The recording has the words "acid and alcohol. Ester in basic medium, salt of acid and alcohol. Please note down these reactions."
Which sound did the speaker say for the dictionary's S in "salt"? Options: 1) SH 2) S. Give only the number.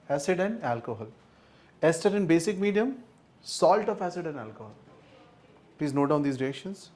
2